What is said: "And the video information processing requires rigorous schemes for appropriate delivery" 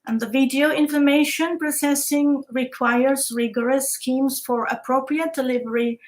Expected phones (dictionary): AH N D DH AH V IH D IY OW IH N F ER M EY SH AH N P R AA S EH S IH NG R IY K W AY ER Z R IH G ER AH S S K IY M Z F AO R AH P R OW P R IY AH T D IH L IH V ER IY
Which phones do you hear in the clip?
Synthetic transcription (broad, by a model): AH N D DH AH V IH D IY OW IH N F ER M EY SH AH N P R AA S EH S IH NG R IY K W AY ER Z R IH G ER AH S S K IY M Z F AO R AH P R OW P R IY AH T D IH L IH V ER IY